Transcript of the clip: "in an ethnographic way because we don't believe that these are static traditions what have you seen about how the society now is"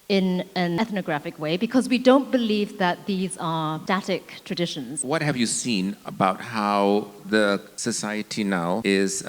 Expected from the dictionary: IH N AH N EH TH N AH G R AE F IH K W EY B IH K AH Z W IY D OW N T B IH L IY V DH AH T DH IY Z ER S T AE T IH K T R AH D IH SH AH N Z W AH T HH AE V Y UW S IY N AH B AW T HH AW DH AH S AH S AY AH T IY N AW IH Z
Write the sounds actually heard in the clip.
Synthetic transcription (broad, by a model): IH N AH N EH TH N AH G R AE F IH K W EY B IH K AH Z W IY D OW N T B IH L IY V DH AH T DH IY Z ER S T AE T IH K T R AH D IH SH AH N Z W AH T HH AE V Y UW S IY N AH B AW T HH AW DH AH S AH S AY AH T IY N AW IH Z